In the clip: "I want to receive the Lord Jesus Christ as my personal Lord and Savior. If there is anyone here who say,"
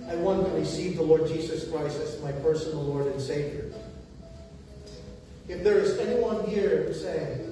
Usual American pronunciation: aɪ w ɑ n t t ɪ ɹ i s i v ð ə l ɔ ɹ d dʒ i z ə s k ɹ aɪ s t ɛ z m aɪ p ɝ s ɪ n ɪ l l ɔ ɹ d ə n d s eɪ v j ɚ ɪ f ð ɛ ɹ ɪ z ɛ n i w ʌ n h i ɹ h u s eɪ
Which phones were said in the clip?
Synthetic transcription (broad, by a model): aɪ w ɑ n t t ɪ ɹ i s i v ð ə l ɔ ɹ d dʒ i z ə s k ɹ aɪ s t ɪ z m aɪ p ɝ s n l l ɔ ɹ d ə n s eɪ v j ɚ ɪ f ð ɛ ɹ ɪ z ɛ n i w ʌ n h i ɹ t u s eɪ